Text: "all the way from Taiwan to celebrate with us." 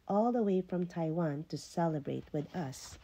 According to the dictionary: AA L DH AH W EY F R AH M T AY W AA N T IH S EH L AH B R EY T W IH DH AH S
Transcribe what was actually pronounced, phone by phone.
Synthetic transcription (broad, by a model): AA L DH AH W EY F R AH M T AY W AA N T IH S EH L AH B R EY T W IH DH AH S